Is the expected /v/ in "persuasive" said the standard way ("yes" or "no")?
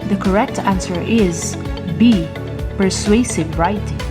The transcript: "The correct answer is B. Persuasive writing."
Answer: yes